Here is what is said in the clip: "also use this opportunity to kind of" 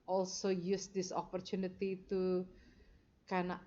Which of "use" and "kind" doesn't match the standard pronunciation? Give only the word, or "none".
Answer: kind